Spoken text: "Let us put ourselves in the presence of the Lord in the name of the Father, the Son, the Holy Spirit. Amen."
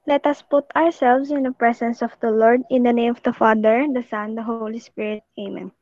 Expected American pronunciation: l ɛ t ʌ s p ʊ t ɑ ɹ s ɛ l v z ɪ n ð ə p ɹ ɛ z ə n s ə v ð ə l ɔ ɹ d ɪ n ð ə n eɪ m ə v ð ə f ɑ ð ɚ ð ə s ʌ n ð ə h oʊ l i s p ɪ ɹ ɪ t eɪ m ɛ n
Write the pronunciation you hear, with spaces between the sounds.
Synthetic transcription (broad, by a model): l ɛ t ʌ s p ʊ t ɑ ɹ s ɛ l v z ɪ n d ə p ɹ ɛ s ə n s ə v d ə l ɔ ɹ d ɪ n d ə n eɪ m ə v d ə f ɑ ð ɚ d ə s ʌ n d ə h oʊ l i s p ɪ ɹ ɪ t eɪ m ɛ n